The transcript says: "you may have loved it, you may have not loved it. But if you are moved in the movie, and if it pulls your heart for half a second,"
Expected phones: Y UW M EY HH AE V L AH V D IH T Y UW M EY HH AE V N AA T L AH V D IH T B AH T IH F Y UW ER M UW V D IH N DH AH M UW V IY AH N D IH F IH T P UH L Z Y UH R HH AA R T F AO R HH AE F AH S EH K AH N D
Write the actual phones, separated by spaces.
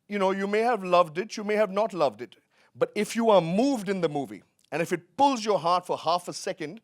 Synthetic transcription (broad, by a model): Y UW M EY HH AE V L AH V D IH T Y UW M EY HH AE V N AA T L AH V D IH T B AH T IH F Y UW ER M UW V D IH N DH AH M UW V IY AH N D IH F IH T P UH L Z Y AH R HH AA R T F AO R HH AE F AH S EH K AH N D